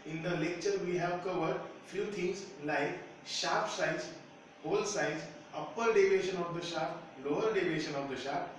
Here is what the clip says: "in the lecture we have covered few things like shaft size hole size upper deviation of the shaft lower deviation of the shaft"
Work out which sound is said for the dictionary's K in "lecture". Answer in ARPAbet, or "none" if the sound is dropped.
K